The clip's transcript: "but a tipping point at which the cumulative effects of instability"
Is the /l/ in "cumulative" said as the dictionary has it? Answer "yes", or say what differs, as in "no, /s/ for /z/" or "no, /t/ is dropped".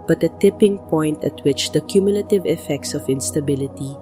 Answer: yes